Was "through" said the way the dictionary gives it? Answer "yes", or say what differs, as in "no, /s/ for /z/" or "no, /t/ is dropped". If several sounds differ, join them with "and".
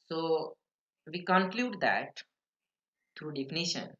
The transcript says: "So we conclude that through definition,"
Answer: no, /t/ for /θ/